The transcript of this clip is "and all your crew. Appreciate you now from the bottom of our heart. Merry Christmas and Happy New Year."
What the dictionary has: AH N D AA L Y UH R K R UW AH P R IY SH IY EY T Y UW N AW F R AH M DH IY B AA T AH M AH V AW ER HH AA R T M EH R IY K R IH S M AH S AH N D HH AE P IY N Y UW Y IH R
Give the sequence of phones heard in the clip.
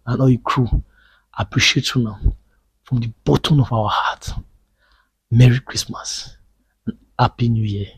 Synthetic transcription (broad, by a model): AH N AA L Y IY K R UW AH P R IY SH IY EY T Y UW N AW F R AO M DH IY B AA T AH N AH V AW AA HH AA T M EH R IY K R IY S M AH S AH N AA P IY N Y UW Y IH